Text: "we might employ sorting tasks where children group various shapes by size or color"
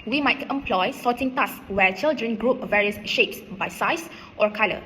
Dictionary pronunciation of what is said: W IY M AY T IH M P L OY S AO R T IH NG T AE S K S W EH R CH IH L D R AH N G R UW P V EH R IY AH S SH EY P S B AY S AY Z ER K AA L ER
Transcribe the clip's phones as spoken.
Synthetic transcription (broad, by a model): W IY M AY T IH M P L OY S AO T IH NG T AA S S W EH CH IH L D R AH N G R UW P V EH R IY AH S SH EY P S B AY S AY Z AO K AA L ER